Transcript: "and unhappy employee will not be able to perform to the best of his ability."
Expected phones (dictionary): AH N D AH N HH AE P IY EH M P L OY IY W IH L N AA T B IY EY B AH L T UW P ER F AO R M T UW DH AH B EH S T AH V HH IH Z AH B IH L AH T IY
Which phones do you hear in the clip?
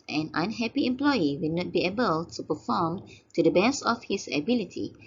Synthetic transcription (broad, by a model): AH N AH N HH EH P IY EH M P L OY IY W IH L N AA T B IY EY B AH L T UW P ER F AO M T UW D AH B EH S AH F HH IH S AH B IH L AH T IY